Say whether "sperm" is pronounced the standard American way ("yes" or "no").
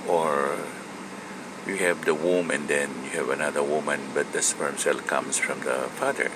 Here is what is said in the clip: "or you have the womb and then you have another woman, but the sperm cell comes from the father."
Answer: no